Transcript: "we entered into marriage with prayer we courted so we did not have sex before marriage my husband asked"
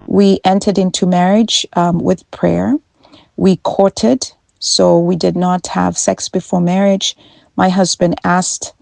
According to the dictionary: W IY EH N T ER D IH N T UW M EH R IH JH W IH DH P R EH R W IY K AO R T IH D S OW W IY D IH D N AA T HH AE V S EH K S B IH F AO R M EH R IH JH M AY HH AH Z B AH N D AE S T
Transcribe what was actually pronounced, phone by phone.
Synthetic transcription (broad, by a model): W IY EH N T ER D IH N T UW M EH R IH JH W IH DH P R EH R W IY K AO R T IH D S OW W IY D IH D N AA T HH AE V S EH K S B IH F AO R M EH R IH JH M AY HH AH Z B AH N D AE S T